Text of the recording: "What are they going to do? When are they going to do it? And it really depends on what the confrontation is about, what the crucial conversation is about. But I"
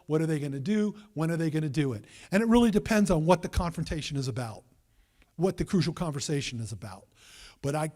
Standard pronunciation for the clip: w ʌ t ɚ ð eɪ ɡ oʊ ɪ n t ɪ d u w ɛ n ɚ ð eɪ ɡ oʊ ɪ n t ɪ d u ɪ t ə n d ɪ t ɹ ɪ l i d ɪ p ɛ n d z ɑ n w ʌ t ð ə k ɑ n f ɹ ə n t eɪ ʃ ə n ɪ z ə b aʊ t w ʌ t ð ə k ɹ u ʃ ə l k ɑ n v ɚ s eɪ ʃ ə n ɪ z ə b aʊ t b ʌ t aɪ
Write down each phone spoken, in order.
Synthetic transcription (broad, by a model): w ʌ t ɚ ð eɪ ɡ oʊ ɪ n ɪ d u w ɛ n ɚ ð eɪ ɡ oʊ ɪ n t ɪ d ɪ ɪ t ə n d ɪ t ɹ ɪ l i d ɪ p ɛ n d z n w ʌ t ð ə k ɑ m f ɹ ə n t eɪ ʃ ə n ɪ z ə b aʊ t w ʌ t ð ə k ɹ u ʃ l k ɑ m v ɚ s eɪ ʃ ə n ɪ z ə b aʊ t b ʌ t aɪ